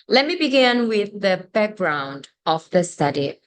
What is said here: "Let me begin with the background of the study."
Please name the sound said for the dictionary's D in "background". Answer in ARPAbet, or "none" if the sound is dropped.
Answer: D